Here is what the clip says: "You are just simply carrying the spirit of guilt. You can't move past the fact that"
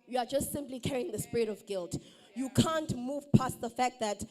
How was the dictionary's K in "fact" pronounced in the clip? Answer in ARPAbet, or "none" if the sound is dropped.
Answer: K